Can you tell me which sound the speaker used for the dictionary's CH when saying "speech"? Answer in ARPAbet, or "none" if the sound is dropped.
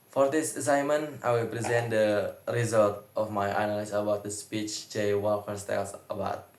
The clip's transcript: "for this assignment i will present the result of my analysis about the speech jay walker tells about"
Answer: CH